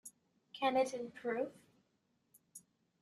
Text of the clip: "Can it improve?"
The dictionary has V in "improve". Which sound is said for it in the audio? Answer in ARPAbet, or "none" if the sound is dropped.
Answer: F